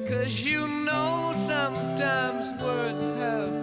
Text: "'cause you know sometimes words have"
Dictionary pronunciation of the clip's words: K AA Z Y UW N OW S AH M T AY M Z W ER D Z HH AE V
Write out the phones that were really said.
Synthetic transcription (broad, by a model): K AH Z Y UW N OW S AH M T AY M Z W ER D Z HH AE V